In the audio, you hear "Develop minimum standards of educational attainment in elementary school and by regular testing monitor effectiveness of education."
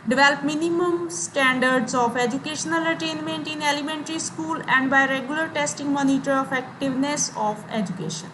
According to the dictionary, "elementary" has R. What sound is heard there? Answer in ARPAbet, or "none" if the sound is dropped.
R